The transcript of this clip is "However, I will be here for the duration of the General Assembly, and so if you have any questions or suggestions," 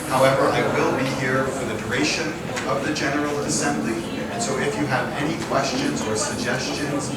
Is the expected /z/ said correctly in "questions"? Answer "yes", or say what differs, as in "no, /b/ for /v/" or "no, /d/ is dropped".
yes